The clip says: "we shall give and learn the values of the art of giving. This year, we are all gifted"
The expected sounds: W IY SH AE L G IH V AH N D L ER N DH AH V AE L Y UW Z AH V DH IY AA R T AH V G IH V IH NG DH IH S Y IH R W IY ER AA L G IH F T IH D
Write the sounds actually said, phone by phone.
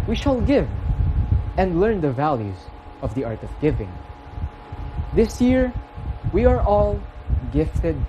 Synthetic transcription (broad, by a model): W IY SH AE L G IH V AH N D L ER N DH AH V AE L Y UW Z AH V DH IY AA R T AH V G IH V IH NG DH IH S Y IH R W IY ER AA L G IH F T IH D